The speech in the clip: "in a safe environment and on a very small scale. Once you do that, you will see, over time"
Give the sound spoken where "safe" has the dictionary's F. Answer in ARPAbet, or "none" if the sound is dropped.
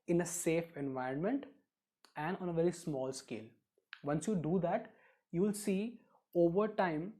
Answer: F